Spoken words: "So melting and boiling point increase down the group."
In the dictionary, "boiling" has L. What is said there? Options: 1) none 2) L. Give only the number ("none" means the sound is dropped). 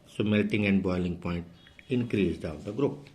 2